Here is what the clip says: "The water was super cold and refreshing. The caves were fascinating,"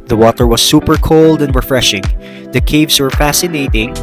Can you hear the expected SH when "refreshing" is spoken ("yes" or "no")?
yes